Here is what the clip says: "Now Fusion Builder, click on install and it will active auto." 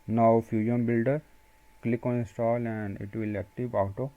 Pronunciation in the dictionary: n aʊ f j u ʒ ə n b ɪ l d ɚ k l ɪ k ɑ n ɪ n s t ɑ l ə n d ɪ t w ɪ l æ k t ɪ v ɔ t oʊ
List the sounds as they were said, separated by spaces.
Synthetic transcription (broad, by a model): n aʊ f j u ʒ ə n b ɪ l d ɚ k l ɪ k ɑ n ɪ s t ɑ l ə n d ɪ t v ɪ l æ k t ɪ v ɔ t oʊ